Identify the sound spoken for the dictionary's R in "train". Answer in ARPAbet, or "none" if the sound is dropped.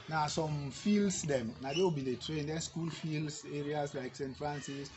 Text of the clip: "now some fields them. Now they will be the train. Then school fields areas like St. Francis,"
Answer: R